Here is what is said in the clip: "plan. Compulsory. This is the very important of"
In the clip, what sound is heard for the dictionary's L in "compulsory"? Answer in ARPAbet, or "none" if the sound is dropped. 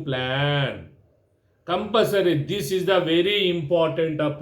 none